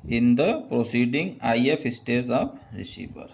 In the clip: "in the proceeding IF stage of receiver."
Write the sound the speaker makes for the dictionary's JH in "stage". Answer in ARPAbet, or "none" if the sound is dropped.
Z